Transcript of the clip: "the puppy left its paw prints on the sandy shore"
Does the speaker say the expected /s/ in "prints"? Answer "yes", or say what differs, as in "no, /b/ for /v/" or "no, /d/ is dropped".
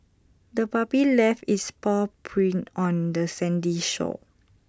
no, /s/ is dropped